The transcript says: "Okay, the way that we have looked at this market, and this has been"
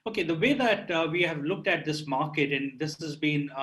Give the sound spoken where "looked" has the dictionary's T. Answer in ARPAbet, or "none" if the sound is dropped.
T